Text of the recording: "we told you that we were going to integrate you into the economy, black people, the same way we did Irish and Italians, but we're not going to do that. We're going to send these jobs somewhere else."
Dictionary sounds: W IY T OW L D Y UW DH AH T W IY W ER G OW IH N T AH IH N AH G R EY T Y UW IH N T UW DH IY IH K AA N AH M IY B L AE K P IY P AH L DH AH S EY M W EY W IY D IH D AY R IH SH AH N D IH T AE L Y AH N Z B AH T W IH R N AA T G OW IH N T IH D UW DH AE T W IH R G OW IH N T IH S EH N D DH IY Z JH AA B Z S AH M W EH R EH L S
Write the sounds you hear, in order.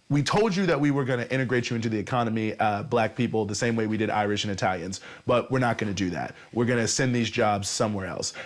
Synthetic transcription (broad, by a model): W IY T OW L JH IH DH AH T W IY W ER G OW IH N T IH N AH G R EY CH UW IH N T UW DH IY IH K AA N AH M IY B L AE K P IY P L DH AH S EY M W EY W IY D IH D AY R IH SH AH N IH T AE L Y AH N Z B AH T W IH R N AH T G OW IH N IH D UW DH AE T W IH R G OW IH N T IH S EH N DH IY Z JH AA B Z S AH M W EH R EH L S